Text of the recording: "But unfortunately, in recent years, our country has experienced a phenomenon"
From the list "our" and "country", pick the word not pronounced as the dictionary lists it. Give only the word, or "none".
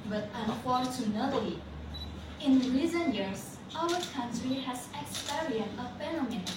none